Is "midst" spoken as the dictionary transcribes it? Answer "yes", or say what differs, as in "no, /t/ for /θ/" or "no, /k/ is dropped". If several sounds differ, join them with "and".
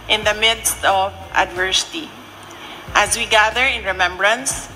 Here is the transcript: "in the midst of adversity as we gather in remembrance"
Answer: yes